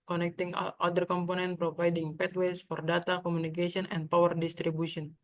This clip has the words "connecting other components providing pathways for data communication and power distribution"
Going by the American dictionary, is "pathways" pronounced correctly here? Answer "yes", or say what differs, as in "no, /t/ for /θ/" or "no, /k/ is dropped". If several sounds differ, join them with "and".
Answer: no, /t/ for /θ/ and /s/ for /z/